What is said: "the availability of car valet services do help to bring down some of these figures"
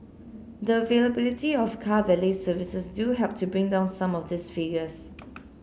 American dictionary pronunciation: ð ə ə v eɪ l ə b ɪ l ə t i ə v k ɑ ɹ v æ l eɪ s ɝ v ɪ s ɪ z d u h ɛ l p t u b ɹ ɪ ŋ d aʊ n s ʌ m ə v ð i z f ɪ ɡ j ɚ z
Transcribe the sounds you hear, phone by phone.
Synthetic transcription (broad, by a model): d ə ə v eɪ l ə b ɪ l ə t i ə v k ɑ v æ l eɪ s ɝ v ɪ s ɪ s d u h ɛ p t u b ɹ ɪ ŋ d aʊ n s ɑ m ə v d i s f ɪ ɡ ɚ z